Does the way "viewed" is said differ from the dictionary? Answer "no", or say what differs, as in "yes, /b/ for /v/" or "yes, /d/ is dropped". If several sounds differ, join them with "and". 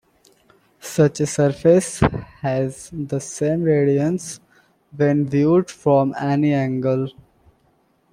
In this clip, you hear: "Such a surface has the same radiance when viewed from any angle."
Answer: no